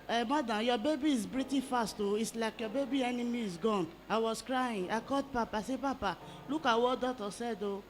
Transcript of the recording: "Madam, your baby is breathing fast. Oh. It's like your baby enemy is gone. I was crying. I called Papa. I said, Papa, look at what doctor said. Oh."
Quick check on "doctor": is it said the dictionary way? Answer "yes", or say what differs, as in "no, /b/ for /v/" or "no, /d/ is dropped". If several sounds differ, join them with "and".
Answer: no, /k/ is dropped